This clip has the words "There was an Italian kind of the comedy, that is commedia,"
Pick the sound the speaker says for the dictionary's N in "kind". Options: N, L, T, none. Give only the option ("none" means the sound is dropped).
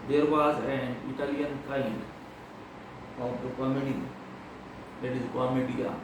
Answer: none